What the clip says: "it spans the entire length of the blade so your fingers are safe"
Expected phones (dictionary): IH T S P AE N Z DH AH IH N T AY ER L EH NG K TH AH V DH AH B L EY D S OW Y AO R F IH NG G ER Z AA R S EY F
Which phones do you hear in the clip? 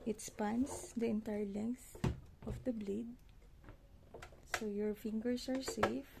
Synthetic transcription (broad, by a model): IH T S P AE N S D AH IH N T AY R L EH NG K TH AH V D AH B L EY D S OW Y AO R F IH NG G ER S AA R S EY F